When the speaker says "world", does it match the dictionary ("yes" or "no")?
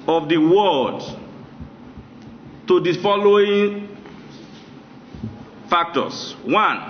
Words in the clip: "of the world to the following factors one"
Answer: no